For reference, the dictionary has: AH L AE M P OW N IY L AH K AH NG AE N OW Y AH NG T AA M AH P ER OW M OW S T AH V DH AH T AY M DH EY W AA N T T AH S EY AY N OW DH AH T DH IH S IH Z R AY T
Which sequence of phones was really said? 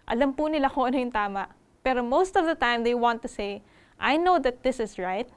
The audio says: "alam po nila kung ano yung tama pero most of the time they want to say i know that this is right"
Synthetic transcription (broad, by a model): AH L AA M P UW N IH L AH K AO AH N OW Y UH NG T AA M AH P ER OW M OW S T AH V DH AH T AY M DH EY W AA N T T AH S EY AY N OW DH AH T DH IH S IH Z R AY T